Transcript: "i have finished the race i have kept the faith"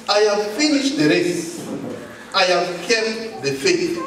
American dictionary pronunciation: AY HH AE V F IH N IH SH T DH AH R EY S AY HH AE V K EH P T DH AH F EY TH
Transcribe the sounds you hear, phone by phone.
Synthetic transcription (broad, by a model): AY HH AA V F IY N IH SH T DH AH R EY S AY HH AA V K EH T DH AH F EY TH